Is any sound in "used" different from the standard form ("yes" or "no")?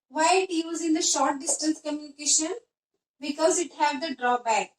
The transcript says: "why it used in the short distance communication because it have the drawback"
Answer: yes